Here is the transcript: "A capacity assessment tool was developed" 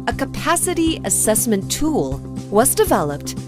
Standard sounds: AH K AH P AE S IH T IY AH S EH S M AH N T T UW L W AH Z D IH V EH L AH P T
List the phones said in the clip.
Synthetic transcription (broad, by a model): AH K AH P AE S IH T IY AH S EH S M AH N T T UW L W AH Z D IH V EH L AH P T